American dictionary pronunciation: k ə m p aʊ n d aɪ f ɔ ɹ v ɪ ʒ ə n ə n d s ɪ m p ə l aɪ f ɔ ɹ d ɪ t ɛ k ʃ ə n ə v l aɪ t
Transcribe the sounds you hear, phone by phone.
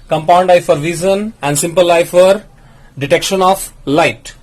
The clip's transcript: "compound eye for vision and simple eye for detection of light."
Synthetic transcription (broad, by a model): k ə m p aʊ n d aɪ f ɔ ɹ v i z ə n ə n d s ɪ m p ə l aɪ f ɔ ɹ d ɪ t ɛ k ʃ ə n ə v l aɪ t